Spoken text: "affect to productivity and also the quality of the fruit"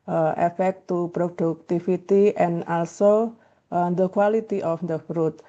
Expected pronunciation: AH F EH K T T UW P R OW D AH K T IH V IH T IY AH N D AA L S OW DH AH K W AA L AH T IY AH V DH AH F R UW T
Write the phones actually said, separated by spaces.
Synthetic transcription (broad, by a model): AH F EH K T T UW P R OW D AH K T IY F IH T IY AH N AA L S OW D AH K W AA L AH T IY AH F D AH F R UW T